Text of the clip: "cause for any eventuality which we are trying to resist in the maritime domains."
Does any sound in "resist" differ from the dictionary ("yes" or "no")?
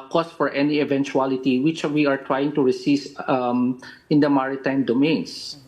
yes